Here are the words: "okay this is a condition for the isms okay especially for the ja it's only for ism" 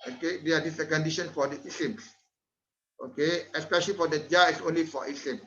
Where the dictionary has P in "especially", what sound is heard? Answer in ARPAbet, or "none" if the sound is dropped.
P